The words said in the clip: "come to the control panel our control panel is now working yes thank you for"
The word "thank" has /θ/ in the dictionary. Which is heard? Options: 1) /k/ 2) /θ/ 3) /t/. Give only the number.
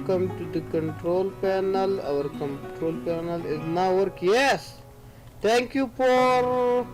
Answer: 3